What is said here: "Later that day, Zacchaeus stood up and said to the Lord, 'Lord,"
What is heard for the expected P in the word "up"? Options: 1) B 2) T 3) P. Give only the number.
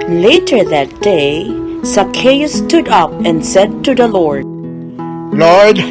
3